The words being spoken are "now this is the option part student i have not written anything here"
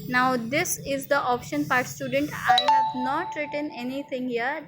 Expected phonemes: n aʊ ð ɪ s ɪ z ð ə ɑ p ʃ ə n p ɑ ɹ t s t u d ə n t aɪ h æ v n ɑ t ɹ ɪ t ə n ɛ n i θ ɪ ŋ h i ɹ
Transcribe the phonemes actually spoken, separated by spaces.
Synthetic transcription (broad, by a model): n aʊ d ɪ s ɪ z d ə ɑ p ʃ ə n p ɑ ɹ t s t u d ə n t aɪ h æ v n ɑ t ɹ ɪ t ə n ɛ n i t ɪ ŋ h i ɹ